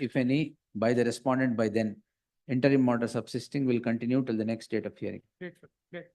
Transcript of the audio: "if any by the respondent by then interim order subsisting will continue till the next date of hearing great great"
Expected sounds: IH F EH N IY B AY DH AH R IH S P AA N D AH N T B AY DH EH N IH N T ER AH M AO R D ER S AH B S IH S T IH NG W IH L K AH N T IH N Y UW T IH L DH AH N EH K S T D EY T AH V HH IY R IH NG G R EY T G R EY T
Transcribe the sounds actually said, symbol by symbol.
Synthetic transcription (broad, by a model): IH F EH N IY B AY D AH R IH S P AA N D AH N T B AY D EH N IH N T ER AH M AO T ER S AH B S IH S T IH NG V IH L K AH N T IH N Y UW T IH L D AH N EH K S T D EY T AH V HH IY IH R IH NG